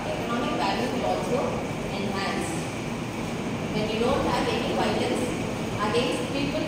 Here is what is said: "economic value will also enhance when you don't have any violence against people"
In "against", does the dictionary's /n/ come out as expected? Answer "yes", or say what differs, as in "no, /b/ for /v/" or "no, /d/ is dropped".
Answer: no, /n/ is dropped